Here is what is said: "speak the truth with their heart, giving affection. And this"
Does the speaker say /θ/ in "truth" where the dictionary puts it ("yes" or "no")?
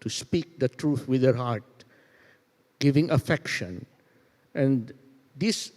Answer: no